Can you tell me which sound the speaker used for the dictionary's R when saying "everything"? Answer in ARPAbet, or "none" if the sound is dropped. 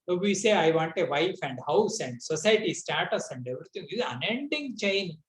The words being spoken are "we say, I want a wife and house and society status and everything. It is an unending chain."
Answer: none